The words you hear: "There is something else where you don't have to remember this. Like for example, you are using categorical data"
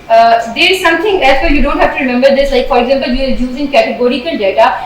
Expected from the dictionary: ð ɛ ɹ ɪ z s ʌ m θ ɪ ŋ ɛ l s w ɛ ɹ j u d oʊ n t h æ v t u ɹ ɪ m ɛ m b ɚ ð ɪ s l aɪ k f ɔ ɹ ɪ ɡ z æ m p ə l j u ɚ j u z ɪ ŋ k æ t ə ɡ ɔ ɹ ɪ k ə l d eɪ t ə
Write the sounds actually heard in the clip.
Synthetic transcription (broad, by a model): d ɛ ɪ z s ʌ m t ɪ ŋ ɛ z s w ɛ j u d oʊ n t h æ f t u ɹ ɪ m ɛ m b ɚ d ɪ s l aɪ k f ɔ ɹ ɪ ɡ z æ m p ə l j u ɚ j u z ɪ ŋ k æ t ə ɡ ɔ ɹ ɪ k ə l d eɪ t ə